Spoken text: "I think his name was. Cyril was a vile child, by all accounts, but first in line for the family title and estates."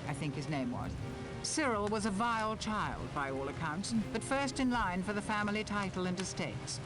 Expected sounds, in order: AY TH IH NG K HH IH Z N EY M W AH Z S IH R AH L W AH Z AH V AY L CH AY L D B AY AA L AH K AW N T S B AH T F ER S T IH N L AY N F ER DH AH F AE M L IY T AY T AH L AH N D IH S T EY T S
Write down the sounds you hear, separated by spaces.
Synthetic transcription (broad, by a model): AY TH IH NG K HH IH Z N EY M W AH Z S IH R L W AH Z AH V AY L CH AY L D B AY AA L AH K AW N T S B AH T F ER S T IH N L AY N F ER DH AH F AE M L IY T AY T L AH N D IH S T EY T S